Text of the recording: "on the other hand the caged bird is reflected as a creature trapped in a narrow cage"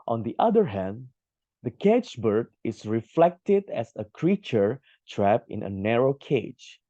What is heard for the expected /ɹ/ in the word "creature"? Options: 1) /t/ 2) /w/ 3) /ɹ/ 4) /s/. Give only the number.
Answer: 3